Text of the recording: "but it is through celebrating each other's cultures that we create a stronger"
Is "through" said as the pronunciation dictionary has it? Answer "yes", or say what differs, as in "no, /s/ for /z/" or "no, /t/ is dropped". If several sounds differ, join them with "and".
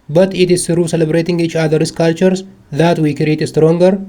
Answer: no, /s/ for /θ/